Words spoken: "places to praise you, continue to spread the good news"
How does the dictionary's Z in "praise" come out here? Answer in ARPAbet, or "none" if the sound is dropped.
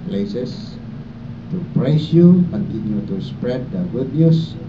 S